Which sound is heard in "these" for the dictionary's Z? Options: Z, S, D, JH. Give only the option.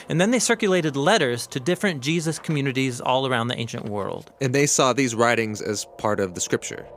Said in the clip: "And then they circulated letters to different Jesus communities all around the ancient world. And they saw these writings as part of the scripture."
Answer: Z